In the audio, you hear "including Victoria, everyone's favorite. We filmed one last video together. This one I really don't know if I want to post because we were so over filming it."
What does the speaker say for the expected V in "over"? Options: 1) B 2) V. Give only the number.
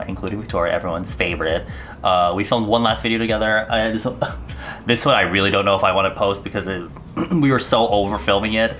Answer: 2